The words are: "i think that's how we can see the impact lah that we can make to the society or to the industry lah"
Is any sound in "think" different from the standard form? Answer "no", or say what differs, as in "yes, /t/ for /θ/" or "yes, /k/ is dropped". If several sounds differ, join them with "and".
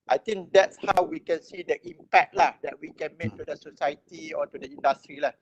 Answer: yes, /t/ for /θ/